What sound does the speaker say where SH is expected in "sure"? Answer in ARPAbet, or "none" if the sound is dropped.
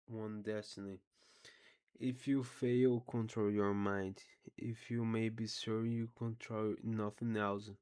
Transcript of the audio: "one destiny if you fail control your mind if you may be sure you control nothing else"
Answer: S